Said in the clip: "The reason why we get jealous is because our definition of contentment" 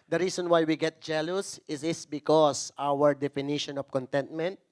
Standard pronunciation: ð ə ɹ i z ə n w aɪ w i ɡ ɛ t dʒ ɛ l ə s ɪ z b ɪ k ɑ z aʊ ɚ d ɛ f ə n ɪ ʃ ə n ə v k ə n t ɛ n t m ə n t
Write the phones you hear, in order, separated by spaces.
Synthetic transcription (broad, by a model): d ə ɹ i s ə n w aɪ w i ɡ ɛ t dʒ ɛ l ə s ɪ s b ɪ k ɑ s aʊ ɚ d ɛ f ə n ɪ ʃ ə n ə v k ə n t ɛ n t m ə n t